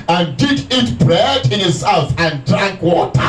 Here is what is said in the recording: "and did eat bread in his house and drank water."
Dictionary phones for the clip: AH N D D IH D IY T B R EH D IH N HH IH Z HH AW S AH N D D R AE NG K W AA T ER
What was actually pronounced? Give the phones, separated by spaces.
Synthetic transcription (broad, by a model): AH N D D IH D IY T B R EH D IH N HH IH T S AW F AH N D D R AE NG K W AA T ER